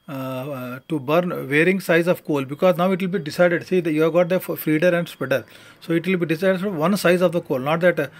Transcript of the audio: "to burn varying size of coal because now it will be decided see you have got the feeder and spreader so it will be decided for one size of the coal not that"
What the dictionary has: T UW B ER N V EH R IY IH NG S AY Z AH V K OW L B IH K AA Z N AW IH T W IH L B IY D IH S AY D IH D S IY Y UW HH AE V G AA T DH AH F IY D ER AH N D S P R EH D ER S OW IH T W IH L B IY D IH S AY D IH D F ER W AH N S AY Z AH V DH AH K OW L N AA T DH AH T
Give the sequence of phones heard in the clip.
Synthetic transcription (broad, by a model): T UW B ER N V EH R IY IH NG S AY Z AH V K OW L B IH K AA Z N AW IH T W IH L B IY D IH S AY D IH D S IY Y UW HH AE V G AA T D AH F IY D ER AH N D S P EH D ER S OW IH T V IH L B IY D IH S AY D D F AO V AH N S AY Z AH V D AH K OW L N AA T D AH T